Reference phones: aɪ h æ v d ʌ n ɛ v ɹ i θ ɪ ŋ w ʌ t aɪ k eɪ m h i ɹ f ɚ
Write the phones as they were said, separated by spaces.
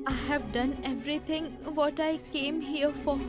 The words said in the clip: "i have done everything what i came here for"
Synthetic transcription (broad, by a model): aɪ h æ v d ʌ n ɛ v ɹ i t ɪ ŋ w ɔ t aɪ k eɪ m h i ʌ f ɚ